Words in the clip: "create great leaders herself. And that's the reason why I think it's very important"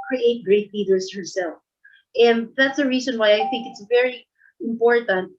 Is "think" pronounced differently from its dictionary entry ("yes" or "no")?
no